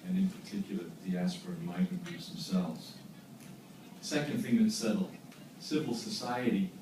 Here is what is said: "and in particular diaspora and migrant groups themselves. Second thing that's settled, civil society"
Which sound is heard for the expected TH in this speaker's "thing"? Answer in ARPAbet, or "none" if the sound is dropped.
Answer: TH